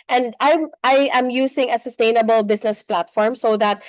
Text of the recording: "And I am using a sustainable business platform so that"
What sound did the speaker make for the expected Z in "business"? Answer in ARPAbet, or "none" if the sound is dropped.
S